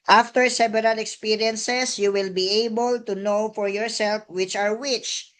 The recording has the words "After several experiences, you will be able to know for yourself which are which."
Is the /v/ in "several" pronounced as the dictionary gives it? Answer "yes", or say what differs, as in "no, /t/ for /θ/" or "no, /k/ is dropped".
no, /b/ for /v/